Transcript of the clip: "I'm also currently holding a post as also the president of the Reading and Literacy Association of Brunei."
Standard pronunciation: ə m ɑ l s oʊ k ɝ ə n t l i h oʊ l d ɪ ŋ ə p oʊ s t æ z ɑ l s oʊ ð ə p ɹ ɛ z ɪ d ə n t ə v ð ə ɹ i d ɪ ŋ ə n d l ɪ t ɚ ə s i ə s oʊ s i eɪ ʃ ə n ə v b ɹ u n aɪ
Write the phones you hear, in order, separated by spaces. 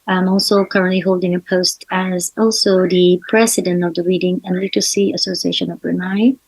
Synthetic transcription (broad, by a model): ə m ɑ l s oʊ k ɝ ə n t l i h oʊ l d ɪ ŋ ə p oʊ s t æ z ɑ l s oʊ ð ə p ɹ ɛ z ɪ d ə n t ə v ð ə ɹ i d ɪ ŋ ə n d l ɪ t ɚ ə s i ə s oʊ s i eɪ ʃ ə n ə v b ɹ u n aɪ